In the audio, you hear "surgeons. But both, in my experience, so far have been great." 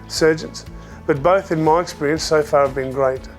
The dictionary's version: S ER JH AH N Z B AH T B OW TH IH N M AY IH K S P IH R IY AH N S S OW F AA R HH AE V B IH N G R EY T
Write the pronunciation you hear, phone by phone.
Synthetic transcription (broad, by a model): S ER JH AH N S B AH T B OW TH IH N M AY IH K S P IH R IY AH N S S OW F AA R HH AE V B IH N G R EY T